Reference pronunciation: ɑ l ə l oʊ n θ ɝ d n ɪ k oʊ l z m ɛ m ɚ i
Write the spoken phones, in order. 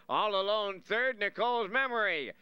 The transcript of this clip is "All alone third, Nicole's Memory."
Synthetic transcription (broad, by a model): ɑ l ə l oʊ n θ ɝ d n ɪ k oʊ l z m ɛ m ɚ i